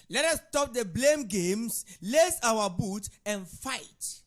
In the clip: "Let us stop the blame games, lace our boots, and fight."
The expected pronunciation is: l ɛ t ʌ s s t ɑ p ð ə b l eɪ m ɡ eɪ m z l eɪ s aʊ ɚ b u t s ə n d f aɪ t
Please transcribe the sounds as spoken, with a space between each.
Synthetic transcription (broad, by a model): l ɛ t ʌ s s t ɑ p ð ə b l eɪ m ɡ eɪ m s l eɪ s aʊ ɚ b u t ə n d f aɪ t